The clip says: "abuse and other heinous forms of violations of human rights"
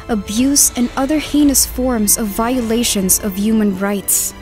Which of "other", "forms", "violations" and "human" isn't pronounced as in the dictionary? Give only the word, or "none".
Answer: none